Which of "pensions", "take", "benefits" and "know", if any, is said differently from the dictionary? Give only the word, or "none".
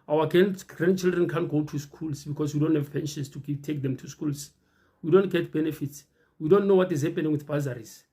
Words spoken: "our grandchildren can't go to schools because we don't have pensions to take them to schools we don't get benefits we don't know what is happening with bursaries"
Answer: pensions